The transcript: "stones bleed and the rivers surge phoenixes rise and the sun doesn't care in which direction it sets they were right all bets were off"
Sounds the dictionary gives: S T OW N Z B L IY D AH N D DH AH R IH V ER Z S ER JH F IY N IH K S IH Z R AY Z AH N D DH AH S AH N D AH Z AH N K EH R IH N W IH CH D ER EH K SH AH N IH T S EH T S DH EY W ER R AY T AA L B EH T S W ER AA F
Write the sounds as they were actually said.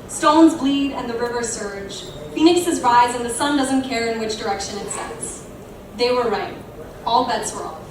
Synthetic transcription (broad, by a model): S T OW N Z B L IY D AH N DH AH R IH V ER S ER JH F IY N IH K S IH Z R AY Z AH N DH AH S AH N D AH Z AH N K EH R IH N W IH CH D ER EH K SH AH N IH T S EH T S DH EY W ER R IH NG AA L B EH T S W ER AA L